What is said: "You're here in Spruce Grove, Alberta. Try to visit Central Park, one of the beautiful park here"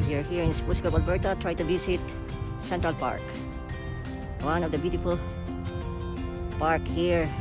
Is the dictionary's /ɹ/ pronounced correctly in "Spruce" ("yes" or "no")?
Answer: no